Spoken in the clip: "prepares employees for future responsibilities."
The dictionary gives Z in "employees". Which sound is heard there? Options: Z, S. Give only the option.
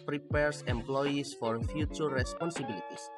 S